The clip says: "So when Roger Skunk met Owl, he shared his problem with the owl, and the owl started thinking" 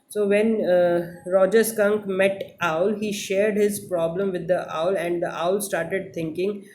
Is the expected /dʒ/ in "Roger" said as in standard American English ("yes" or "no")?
yes